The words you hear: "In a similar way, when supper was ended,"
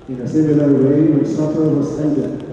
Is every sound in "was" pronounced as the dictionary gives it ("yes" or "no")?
no